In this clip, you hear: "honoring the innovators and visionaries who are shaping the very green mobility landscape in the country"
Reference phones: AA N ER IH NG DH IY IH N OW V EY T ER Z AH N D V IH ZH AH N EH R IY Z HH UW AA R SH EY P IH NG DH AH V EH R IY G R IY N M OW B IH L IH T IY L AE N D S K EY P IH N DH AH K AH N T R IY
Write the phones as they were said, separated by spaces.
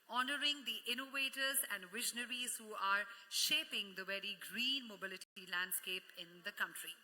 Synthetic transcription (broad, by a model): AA N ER IH NG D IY IH N OW V EY T ER Z AH N D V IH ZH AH N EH R IY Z HH UW AA R SH EY P IH NG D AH V EH R IY G R IY N M OW B IH L IH T IY L AE N D S K EY P IH N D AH K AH N T R IY